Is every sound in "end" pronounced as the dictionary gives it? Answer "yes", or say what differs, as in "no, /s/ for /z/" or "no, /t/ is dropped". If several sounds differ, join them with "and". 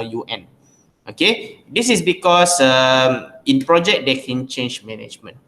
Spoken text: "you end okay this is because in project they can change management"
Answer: no, /d/ is dropped